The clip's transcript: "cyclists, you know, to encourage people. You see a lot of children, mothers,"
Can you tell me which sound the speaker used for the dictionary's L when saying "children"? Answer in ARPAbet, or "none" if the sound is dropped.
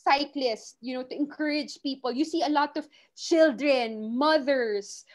L